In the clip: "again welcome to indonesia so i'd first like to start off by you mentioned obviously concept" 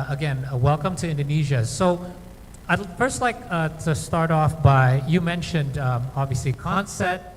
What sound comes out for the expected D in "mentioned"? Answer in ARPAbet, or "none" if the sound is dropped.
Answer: D